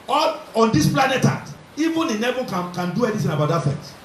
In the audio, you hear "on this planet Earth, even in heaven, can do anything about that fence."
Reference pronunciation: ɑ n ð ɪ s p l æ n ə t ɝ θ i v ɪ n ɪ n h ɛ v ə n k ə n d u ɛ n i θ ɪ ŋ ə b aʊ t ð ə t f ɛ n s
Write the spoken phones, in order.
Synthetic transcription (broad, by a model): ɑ n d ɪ s p l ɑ n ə t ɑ t i v ɪ n ɪ n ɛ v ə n k ə n d u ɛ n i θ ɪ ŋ ə b aʊ t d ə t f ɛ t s